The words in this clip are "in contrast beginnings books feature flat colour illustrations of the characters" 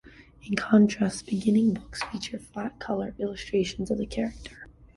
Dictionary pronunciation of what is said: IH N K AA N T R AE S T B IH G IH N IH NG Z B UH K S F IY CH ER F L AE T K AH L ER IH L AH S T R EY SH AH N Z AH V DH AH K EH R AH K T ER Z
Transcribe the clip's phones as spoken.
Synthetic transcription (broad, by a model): IH N K AA N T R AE S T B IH G IH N IH NG B UH K S F IY CH ER F L AE T K AH L ER IH L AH S T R EY SH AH N Z AH V DH AH K EH R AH K T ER